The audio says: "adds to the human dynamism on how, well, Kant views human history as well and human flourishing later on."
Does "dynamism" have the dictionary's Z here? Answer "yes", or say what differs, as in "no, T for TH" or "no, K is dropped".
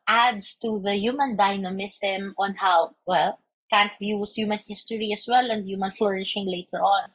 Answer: no, S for Z